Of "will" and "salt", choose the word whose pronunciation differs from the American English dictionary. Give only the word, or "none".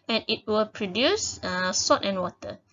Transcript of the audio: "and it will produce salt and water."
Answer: salt